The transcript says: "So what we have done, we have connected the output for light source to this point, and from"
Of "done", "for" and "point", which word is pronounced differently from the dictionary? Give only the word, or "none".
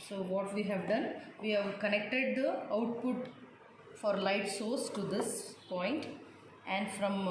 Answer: none